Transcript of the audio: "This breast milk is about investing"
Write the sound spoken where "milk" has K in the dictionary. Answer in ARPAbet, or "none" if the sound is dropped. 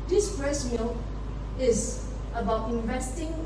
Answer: none